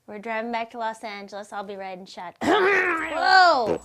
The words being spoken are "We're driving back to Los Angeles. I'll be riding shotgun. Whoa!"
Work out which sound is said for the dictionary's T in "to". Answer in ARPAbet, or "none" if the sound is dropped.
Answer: T